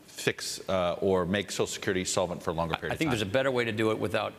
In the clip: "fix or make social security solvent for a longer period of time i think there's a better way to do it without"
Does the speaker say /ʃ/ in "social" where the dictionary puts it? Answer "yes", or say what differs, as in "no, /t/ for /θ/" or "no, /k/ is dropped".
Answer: no, /ʃ/ is dropped